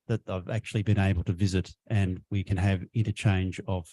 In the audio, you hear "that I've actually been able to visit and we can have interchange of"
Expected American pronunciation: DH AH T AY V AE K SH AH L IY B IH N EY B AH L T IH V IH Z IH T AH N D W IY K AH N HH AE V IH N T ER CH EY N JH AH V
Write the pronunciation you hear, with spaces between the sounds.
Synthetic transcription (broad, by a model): DH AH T AY V AE K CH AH L IY B IH N EY B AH L T IH V IH Z IH T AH N W IY K AH N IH V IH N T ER CH EY N JH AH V